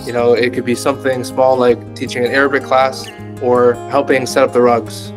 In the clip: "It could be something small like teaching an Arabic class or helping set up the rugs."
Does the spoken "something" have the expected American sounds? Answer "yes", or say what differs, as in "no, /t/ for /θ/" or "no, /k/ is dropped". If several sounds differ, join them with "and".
yes